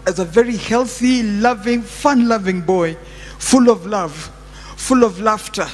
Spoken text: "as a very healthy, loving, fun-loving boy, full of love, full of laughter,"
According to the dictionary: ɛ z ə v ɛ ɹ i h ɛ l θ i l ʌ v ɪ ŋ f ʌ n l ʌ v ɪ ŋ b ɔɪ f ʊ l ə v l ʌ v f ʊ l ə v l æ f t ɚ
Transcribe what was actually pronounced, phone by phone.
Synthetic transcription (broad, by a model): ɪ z ə v ɛ ɹ i h ɛ l θ i l ʌ v ɪ ŋ f ʌ n l ʌ v ɪ ŋ b ɔɪ f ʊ l ə v l ʌ v f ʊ l ə v l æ f t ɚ